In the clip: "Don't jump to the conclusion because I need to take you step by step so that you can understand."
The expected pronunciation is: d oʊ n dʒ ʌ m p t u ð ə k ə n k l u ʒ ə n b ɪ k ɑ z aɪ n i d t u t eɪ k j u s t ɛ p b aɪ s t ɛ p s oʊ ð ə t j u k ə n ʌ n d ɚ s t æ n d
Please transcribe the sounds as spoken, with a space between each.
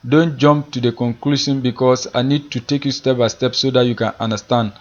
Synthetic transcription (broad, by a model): d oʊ n dʒ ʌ m p t u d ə k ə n k l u ʃ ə n b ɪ k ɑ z aɪ n i d t u t eɪ k j u s t ɛ p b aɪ s t ɛ p s oʊ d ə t j u k ə n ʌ n d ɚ s t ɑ n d